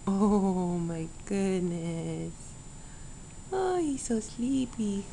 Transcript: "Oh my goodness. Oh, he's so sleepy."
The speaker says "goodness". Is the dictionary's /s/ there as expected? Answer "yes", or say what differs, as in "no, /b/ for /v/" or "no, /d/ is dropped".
yes